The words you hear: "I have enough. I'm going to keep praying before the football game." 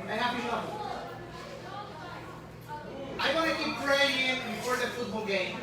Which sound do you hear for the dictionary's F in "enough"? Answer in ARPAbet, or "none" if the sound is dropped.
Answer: none